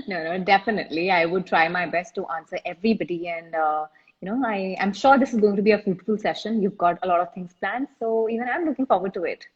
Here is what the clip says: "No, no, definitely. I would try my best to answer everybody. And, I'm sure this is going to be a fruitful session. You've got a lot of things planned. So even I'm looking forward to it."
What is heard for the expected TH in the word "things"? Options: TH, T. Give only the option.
T